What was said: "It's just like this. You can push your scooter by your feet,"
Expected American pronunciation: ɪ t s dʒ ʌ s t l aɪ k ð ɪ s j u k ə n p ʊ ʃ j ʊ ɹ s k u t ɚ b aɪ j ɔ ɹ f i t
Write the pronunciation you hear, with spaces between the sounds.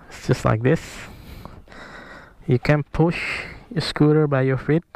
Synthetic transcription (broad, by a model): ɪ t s dʒ ʌ s t l aɪ k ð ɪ s j u k ə n p ʊ ʃ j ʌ s k u t ɚ b aɪ j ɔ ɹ f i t